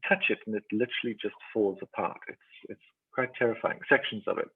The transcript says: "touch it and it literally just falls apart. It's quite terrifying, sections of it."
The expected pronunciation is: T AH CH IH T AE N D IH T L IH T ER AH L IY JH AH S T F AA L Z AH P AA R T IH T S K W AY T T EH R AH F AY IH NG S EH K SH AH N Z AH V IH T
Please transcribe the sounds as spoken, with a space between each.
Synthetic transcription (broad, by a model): T AH CH IH T N IH T L IH T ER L IY JH AH S T F AA L Z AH P AA R T IH T S K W AY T T EH R AH F AY IH NG S EH K SH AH N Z AH V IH T